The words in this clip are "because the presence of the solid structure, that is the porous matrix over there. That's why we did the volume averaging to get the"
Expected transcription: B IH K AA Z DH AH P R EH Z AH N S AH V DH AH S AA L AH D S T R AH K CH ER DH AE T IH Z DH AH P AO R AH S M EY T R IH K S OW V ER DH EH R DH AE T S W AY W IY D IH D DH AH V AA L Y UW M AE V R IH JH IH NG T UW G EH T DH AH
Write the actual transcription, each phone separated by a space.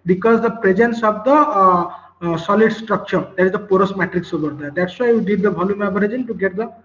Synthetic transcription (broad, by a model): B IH K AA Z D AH P R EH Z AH N S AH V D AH S AA L AH D S T R AH K CH ER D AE T IH Z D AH P AO R AH S M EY T R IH K S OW B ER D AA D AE T S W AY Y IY D IH D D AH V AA L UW M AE B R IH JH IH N T UW G EH T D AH